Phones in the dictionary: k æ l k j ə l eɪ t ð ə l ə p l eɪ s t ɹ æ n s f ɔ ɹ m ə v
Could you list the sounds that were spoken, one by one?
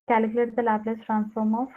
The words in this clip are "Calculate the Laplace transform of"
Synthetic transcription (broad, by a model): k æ l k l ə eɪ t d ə l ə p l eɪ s t ɹ æ n s f ɔ ɹ m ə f